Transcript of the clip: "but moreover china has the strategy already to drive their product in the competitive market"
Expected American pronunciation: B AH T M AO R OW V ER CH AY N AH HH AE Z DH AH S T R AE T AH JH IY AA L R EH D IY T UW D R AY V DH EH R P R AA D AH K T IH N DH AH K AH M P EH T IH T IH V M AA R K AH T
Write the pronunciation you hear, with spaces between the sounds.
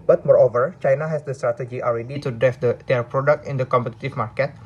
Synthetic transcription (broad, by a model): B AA T M AO R OW V ER CH AY N AH HH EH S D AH S T R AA T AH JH IY AA L R EH D IY T UW D R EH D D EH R P R AA D AH K T IH N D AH K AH M P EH T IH T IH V M AA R K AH T